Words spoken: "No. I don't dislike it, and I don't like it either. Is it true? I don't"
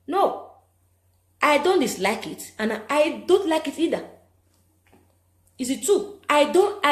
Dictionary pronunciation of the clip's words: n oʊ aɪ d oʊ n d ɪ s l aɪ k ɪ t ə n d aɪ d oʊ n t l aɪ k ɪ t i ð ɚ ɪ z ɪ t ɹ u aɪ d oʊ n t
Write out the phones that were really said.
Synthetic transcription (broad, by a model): n oʊ aɪ d oʊ n d ɪ s l aɪ k ɪ t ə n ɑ aɪ d oʊ n t l aɪ k ɪ t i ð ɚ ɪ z ɪ t u aɪ d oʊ n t